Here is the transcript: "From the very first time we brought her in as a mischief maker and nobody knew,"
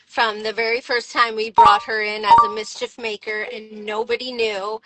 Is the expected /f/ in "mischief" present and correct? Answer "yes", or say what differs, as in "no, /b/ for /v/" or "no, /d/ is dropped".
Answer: yes